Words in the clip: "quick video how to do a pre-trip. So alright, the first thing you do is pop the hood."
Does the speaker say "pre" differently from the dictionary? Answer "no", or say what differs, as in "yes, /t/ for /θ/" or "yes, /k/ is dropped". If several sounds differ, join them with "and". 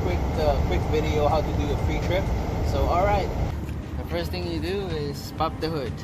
yes, /f/ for /p/